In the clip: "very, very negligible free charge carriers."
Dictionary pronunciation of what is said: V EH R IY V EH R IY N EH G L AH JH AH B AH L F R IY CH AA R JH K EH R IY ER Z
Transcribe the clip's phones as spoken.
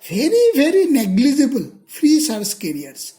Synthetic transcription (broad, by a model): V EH R IY V EH R IY N EH G L AH JH AH B AH L F R IY S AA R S K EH R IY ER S